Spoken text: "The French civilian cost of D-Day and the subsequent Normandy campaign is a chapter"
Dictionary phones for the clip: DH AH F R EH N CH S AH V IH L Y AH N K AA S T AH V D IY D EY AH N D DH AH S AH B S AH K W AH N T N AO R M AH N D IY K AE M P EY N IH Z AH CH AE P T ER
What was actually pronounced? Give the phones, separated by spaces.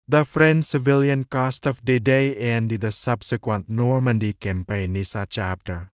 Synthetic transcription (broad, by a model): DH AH F R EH N S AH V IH L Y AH N K AA S T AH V D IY D EY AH N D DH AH S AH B S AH K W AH N T N AO R M AH N D IY K AE M P EY N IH S AH CH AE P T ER